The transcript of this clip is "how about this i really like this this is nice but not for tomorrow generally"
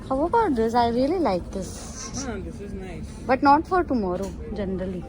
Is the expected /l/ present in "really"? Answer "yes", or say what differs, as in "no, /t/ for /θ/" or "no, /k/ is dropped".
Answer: no, /l/ is dropped